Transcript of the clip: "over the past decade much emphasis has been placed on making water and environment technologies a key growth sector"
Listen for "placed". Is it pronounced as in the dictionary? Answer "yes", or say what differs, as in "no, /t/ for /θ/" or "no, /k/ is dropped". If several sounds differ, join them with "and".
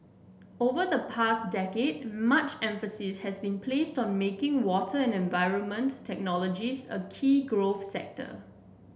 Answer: yes